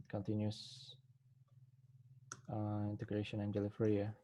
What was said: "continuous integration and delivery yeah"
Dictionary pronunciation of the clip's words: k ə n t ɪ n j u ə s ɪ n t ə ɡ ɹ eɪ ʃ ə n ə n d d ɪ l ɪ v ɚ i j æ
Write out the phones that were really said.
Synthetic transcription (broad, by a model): k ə n t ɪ n j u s ɪ n t ə ɡ ɹ eɪ ʃ ə n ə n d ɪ l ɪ f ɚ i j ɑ